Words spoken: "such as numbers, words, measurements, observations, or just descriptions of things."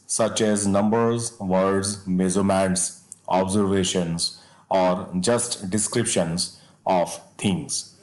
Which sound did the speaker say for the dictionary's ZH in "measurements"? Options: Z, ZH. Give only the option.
Z